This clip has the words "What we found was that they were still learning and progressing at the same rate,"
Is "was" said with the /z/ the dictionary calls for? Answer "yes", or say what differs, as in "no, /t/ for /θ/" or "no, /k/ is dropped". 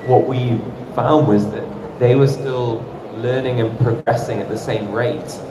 yes